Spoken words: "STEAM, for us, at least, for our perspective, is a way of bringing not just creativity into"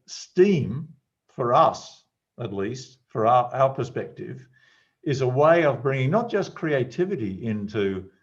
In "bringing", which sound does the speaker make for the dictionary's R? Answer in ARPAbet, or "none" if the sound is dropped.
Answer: R